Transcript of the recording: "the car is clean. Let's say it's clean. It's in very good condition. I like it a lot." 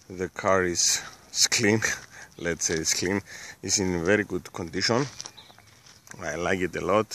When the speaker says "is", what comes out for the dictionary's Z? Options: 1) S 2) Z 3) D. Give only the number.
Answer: 1